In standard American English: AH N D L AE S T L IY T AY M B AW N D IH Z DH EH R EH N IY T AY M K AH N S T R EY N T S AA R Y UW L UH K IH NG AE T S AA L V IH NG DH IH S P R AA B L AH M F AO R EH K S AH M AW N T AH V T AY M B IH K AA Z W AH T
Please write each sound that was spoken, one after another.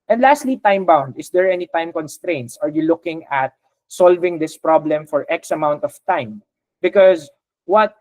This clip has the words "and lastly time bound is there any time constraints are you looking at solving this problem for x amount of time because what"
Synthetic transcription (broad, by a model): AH N D L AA S T L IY T AY M B AW N D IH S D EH R EH N IY T AY M K AH N S T R EY N T S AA R Y UW L UH K IH NG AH T S AA L V IH NG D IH S P R AA B L AH M F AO R EH K S AH M AW N T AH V T AY M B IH K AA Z W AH T